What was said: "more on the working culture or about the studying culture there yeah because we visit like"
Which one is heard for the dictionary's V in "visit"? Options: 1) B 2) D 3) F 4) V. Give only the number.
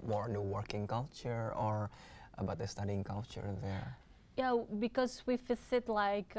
3